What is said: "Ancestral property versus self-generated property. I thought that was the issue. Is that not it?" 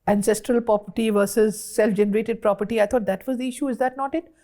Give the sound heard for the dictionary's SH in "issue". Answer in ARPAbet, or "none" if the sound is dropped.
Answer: SH